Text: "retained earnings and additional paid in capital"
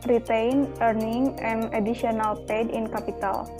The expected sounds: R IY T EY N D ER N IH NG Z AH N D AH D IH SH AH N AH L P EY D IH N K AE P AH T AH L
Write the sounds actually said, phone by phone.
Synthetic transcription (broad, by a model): R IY T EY N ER N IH NG AH N D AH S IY AH N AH L P EY D IH N K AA P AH T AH L